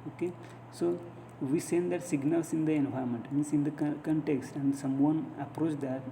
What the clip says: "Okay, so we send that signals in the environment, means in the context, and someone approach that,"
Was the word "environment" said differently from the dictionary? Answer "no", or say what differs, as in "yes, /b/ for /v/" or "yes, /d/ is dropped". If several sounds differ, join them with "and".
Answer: yes, /v/ is dropped and /n/ is dropped